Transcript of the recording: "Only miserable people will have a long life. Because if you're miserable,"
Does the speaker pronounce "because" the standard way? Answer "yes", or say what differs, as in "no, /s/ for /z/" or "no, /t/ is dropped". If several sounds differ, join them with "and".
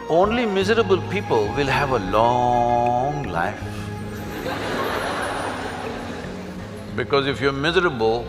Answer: yes